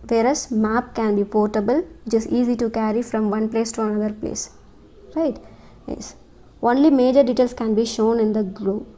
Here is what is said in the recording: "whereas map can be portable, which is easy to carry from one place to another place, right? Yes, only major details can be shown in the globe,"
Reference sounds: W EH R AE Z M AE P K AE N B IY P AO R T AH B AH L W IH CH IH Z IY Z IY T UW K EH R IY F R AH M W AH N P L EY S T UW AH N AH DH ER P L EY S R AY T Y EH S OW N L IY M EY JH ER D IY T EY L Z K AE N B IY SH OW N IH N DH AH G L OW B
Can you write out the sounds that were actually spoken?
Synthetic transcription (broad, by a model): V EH R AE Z M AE P K AE N B IY P AO R T AH B AH L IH CH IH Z IY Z IY T UW K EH R IY F R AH M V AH N P L EY S T UW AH N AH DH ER P L EY S R AY T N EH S OW N L IY M EY JH ER D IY T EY L S K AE N B IY SH OW N IH N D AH G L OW